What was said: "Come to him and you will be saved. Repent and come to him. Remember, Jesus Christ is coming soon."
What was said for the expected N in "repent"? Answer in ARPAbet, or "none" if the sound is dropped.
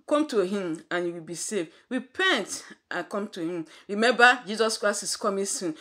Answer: N